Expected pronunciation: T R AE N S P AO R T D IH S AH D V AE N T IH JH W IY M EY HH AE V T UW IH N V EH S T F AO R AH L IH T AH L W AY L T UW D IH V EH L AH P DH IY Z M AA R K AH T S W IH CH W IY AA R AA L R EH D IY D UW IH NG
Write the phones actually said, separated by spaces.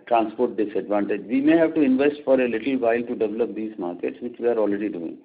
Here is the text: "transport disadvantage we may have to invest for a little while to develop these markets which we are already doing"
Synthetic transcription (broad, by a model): T R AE N S P AO R T D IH S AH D V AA N T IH JH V IY M EY HH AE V T UW IH N V EH S T F AO R AH L IH T AH L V AY L T UW D IH V EH L AH P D IY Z M AA R K AH T S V IH CH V IY AA R AA L R EH D IY D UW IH NG